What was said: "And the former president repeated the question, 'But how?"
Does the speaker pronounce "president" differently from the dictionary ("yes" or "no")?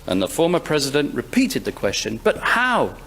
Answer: no